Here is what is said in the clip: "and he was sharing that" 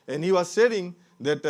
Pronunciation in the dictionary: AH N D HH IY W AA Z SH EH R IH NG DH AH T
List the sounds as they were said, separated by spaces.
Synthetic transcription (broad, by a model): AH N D HH IY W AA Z S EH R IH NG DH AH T